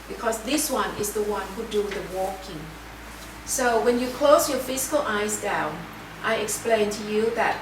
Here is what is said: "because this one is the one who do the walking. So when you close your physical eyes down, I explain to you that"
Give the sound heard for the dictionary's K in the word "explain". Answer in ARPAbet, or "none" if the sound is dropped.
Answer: K